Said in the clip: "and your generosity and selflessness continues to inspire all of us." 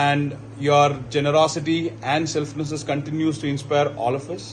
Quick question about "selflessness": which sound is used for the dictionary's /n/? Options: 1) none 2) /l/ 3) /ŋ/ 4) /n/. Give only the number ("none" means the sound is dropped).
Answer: 1